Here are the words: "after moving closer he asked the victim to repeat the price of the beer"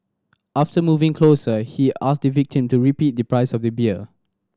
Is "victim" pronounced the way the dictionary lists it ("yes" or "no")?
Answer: yes